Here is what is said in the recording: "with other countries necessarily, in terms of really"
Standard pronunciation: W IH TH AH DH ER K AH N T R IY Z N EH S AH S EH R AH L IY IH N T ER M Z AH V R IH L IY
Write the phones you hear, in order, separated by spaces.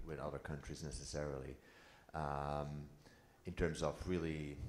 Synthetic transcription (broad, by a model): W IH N AH DH ER K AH N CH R IY Z N EH S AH S EH R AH L IY IH N T ER M Z AH V R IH L IY